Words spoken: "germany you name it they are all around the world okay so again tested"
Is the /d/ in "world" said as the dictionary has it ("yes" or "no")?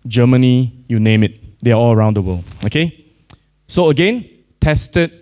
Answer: no